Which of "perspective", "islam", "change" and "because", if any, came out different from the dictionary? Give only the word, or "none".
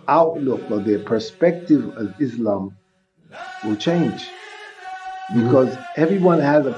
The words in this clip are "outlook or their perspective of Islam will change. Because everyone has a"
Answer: none